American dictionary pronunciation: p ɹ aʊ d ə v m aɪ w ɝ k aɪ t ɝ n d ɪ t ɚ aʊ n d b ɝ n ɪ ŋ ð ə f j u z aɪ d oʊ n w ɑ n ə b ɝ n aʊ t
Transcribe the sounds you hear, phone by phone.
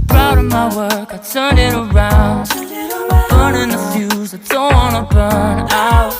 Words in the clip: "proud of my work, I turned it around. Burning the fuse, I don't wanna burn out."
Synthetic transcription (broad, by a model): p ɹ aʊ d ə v m aɪ w ɝ k aɪ t ɝ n ɪ t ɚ aʊ n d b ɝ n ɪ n ð ə f j u z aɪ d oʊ w ɑ n ə b ɝ n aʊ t